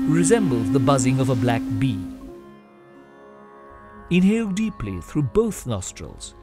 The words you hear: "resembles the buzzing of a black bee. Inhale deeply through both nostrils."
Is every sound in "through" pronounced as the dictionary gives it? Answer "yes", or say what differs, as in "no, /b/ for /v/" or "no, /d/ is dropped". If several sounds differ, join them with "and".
yes